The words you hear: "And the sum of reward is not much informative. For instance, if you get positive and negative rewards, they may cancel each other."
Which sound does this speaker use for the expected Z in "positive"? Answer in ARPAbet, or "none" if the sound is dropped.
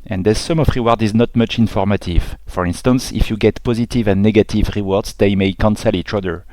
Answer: Z